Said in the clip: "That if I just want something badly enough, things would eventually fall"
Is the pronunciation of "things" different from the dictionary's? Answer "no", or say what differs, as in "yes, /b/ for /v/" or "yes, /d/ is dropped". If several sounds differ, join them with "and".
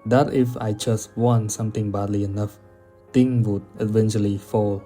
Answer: yes, /t/ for /θ/ and /z/ is dropped